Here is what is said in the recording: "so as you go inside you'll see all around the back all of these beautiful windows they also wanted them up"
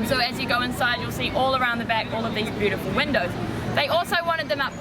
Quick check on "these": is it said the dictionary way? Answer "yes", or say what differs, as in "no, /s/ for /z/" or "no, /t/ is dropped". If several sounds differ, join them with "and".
yes